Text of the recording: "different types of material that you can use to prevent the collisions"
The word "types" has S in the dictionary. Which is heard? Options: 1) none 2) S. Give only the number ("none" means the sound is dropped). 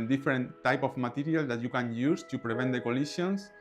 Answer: 1